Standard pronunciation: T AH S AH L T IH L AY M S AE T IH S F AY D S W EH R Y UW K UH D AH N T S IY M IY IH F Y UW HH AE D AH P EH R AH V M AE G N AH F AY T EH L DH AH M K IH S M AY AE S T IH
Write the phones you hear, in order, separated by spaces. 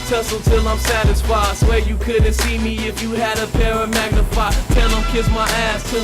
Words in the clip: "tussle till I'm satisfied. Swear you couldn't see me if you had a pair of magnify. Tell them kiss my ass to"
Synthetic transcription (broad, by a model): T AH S L T IH L AY M S AE T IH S F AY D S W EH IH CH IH K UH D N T S IY M IY IH F Y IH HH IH D AH P EH R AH M AE G N AH F AY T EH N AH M K IH S M AY AE S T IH